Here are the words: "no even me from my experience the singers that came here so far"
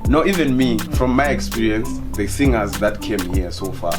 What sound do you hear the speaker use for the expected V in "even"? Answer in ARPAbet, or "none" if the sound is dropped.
V